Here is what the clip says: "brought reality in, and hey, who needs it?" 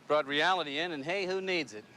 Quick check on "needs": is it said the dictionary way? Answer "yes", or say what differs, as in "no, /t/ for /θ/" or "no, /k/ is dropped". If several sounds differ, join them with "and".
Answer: yes